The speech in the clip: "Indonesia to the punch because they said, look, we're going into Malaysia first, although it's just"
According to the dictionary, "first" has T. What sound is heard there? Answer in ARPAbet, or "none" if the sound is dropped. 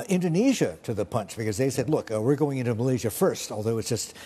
T